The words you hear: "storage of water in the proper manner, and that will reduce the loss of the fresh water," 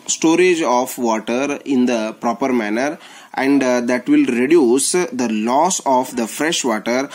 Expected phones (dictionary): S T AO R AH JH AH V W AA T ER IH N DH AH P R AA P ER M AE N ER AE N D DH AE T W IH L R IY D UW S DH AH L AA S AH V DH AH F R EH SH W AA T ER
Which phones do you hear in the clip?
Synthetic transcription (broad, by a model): S T AO R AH JH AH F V AA T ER IH N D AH P R AA P ER M AE N ER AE N D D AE T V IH L R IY D UW S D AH L AA S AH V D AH F R EH SH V AA T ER